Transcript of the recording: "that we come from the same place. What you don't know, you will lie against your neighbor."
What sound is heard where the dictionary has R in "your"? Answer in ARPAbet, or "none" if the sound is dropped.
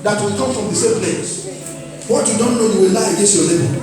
L